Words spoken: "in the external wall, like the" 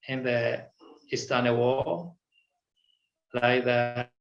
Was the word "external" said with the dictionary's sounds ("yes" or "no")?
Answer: no